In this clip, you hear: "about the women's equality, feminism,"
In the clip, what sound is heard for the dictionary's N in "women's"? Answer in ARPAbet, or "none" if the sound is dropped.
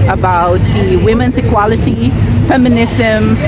N